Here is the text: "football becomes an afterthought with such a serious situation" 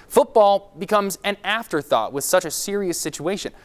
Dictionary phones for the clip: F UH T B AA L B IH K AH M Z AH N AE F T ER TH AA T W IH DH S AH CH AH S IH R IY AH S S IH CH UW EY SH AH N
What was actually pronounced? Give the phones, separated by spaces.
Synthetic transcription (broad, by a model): F UH T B AA L B IH K AH M Z AH N AE F T ER TH AA T W IH DH S AH CH AH S IH R IY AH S S IH CH UW EY SH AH N